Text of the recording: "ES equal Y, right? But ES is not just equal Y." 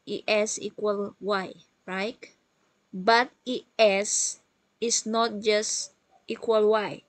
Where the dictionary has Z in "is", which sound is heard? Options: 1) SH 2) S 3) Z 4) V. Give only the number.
2